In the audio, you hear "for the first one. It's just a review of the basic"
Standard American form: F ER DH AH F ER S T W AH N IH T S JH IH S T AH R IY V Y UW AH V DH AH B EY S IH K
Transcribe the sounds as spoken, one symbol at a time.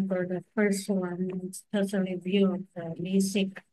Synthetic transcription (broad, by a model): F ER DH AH F ER S T W AH N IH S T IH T AH L IY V Y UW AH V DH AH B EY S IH K